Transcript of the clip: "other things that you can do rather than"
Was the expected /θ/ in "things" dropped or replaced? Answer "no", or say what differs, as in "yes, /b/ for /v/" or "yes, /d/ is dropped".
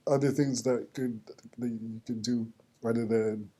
no